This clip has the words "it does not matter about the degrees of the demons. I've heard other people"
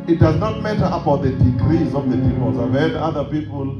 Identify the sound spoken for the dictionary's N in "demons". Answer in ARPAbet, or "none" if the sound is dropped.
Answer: none